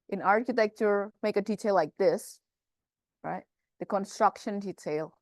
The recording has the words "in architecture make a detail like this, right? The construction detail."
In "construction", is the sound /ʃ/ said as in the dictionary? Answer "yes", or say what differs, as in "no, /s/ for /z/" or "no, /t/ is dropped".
yes